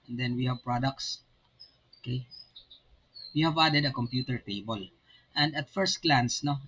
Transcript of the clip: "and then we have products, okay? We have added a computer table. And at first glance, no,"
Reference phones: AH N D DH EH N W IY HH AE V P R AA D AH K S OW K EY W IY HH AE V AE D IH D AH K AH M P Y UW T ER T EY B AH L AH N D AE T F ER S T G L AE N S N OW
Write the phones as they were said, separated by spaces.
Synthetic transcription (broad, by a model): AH N D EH N W IY HH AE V P R AA D AH K S OW K EY W IY HH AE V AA D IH D AH K AH M P Y UW T ER T EY B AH L AH N D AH T F ER S T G L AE N S N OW